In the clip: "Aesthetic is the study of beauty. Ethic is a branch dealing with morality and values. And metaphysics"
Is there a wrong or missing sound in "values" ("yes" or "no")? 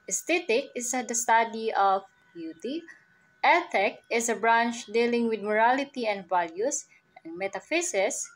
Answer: yes